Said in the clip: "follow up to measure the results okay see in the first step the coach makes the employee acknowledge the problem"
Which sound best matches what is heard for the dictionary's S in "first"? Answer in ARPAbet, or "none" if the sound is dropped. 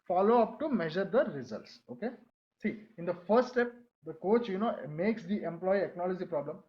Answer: none